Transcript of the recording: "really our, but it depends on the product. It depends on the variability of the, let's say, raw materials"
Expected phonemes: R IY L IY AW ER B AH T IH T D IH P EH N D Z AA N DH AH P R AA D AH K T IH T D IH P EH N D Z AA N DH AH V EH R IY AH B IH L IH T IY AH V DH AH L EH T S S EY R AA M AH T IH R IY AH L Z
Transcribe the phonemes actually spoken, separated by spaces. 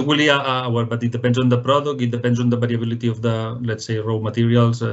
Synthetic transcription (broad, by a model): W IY L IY AW ER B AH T IH T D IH P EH N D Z AA N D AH P R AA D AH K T IH T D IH P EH N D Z AA N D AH B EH R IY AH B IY L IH T IY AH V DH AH L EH T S S EY R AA M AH T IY R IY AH L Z